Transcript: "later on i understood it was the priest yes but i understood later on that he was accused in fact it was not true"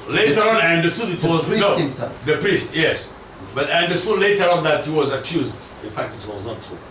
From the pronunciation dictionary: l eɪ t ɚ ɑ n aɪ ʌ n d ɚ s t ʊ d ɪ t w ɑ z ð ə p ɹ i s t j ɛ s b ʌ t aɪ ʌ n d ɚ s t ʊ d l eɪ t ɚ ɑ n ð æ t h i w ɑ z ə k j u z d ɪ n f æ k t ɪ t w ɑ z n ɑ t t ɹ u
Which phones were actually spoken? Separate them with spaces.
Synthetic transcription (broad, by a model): l eɪ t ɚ ɑ n aɪ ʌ n d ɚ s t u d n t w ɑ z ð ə p ɹ i s t j ɛ s b ʌ t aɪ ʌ n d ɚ s t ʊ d l eɪ t ɚ ɑ n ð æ t h i w ɑ z ə k j u z d ɪ n f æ k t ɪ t w ɑ z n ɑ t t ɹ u